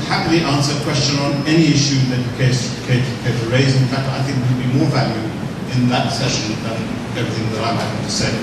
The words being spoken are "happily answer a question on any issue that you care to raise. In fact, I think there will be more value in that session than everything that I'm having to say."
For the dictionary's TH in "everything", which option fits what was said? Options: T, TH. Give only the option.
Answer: TH